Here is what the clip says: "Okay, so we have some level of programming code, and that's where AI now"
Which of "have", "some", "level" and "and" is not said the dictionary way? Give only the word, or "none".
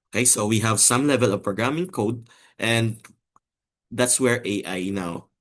none